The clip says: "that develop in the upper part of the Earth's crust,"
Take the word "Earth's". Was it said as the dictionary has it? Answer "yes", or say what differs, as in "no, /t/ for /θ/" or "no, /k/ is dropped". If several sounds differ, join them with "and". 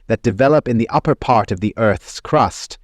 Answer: yes